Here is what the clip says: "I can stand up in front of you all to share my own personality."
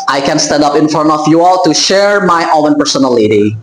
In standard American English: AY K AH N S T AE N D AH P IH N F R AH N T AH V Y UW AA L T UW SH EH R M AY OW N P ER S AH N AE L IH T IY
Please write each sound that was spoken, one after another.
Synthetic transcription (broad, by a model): AY K AH N S T AE N D AH P IH N F R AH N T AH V Y UW AA L T UW SH EH R M AY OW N P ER S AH N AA L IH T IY